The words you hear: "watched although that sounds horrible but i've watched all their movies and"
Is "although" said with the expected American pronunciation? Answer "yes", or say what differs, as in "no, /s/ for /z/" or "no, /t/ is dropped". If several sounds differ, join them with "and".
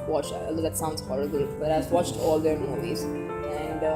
no, /ð/ is dropped